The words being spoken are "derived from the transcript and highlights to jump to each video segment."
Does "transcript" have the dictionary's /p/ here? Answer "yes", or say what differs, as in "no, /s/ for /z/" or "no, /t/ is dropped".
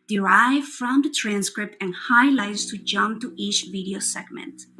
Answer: yes